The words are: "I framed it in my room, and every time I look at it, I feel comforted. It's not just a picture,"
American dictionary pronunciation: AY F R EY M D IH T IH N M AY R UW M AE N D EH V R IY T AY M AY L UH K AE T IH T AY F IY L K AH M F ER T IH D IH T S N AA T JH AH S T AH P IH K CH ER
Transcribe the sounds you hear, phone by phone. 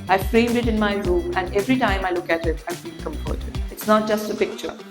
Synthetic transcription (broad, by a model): AY F R EY M D IH T IH N M AY R UW M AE N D EH V R IY T AY M AY L UH K AE T IH T AY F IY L K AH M P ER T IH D IH T S N AA T JH AH S T AH P IH K CH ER